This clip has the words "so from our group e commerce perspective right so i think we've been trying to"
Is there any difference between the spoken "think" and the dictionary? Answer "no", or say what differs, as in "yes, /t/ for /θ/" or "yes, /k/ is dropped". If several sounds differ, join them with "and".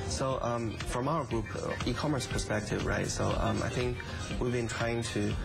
no